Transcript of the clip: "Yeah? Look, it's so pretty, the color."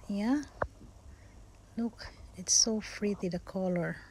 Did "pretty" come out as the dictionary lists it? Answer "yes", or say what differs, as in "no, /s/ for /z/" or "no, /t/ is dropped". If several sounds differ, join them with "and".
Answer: no, /f/ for /p/